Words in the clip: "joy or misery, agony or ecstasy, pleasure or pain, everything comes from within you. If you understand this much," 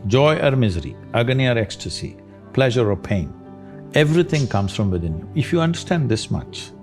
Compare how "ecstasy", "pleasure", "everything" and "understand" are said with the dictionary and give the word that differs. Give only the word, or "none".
everything